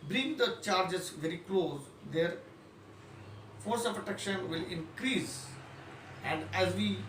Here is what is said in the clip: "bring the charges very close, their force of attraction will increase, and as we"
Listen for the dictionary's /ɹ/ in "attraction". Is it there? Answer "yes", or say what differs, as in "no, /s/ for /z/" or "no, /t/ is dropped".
no, /ɹ/ is dropped